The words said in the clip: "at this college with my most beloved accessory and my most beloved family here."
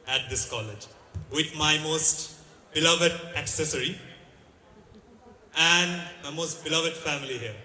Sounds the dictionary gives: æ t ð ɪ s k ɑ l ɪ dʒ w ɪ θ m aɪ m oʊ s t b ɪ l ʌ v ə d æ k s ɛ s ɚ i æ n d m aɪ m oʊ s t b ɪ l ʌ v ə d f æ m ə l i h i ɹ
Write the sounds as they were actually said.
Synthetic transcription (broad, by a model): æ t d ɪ s k ɑ l ɪ dʒ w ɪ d m aɪ m oʊ s t b ɪ l ʌ v ə d æ k s ɛ s ɚ i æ n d m aɪ m oʊ s t b ɪ l ʌ v ə d f æ m ə l i h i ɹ